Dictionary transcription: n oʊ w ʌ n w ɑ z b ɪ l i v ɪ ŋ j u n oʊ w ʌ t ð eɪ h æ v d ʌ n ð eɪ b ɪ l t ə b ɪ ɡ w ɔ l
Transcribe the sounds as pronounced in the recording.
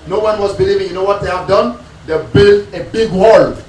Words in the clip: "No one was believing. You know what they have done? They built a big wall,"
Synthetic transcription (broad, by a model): n oʊ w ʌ n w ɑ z b ɪ l i v ɪ ŋ j u n oʊ w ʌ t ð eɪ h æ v d ʌ n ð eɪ b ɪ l ə b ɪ ɡ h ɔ l